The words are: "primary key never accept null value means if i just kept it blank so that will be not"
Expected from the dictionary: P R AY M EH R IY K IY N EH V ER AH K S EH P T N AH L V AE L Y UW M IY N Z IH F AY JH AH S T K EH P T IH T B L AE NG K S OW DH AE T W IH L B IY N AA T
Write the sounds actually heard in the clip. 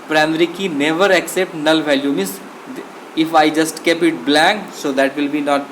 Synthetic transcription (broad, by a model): P R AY M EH R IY K IY N EH V ER AH K S EH P T N AH L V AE L Y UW M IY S IH F AY JH AH S T K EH P IH T B L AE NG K S OW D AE T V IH L B IY N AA T